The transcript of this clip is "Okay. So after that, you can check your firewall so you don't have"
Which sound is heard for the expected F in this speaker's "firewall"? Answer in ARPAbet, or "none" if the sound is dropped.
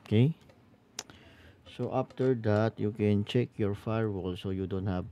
F